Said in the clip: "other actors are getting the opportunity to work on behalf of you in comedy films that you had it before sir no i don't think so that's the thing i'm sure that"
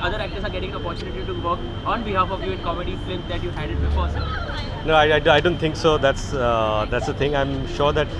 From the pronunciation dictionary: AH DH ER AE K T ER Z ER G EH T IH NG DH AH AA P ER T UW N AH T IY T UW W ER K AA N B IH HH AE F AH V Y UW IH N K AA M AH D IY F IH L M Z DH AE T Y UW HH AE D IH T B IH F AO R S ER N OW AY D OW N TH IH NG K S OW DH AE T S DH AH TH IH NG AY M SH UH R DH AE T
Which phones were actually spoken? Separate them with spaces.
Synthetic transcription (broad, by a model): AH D ER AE K T ER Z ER G EH T IH NG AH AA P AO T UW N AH T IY T UW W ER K AA N B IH HH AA F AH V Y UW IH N K AA M AH D IY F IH M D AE T Y UW HH AE D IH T B IH F AO R S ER N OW AY D OW N T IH NG K S OW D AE T S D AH T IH NG AY M SH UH R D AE T